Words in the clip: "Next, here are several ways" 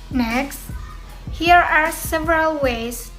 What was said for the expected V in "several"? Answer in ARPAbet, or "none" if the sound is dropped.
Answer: V